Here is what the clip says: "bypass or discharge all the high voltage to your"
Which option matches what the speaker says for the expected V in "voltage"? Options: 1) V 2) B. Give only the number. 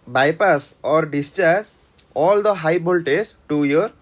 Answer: 2